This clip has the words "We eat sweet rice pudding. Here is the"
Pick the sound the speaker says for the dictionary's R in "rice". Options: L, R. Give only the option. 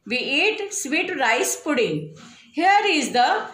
R